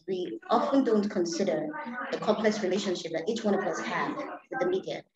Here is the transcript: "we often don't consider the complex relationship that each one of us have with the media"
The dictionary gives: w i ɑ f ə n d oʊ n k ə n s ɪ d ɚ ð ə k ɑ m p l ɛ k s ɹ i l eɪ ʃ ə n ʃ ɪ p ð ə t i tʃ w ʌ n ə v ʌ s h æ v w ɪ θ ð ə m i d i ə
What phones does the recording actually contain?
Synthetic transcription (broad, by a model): w i ɑ f ə n d oʊ n k ə n s ɪ d ɚ ð ə k ɑ m p l ɛ k s ɹ i l eɪ ʃ ə n ʃ ɪ p ð ə t i tʃ w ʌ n ə v ʌ s h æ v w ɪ ð ə m i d i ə